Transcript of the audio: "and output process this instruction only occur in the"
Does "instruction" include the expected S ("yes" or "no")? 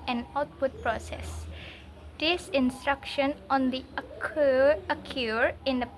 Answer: yes